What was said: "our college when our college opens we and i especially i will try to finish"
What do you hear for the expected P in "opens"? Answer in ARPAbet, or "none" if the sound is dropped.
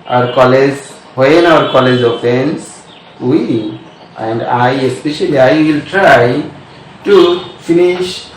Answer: F